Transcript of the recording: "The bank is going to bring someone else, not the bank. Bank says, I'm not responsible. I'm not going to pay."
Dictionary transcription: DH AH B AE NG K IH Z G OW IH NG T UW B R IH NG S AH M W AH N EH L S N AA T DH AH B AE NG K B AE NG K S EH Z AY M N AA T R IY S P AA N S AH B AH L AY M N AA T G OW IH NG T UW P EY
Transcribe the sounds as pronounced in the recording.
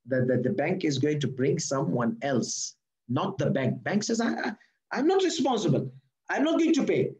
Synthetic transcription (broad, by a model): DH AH B AE NG K IH Z G OW IH NG T UW B R IH NG S AH M W AH N EH L S N AA T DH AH B AE NG K B AE NG K S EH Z AY M N AA T R IY S P AA N S AH B AH L AY M N AA T G OW IH NG T UW P EY